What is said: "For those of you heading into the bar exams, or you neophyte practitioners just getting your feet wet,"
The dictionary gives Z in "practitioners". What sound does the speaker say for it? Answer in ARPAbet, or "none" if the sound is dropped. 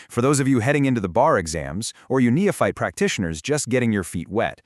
Z